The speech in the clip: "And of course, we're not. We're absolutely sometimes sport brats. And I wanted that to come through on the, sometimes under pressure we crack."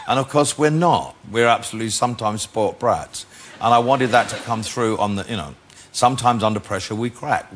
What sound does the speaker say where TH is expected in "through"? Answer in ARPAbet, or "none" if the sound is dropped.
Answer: TH